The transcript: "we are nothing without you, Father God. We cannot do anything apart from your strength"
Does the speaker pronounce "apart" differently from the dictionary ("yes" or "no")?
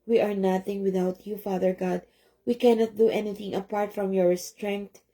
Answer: no